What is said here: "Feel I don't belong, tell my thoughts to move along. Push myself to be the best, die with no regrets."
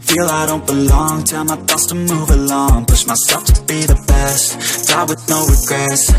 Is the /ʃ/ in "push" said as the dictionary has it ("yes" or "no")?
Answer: no